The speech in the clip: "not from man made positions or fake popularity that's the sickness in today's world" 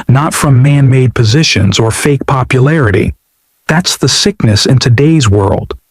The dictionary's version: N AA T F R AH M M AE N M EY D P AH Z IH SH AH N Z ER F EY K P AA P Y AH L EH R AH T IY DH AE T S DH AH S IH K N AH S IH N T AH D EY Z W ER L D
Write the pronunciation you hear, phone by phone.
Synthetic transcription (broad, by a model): N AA T F R AH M M AE N M EY D P AH Z IH SH AH N Z ER F EY K P AA P Y AH L EH R AH T IY DH AE T S DH AH S IH K N AH S IH N T AH D EY Z W ER L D